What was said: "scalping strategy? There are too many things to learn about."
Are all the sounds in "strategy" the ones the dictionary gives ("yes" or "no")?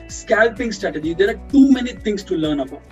yes